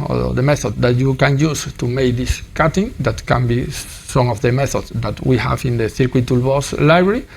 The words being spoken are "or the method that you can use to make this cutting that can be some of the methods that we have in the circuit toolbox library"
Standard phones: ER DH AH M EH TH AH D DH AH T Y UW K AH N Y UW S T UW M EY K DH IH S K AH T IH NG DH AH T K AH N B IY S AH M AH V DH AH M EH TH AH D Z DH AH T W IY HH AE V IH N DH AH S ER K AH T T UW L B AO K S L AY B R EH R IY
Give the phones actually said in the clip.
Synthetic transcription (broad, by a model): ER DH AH M EH TH AH D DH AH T Y UW K AH N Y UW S T UW M EY K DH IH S K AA T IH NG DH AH T K AH N B IY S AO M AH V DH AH M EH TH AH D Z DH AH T W IY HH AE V IH N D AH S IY K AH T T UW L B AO S L AY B R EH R IY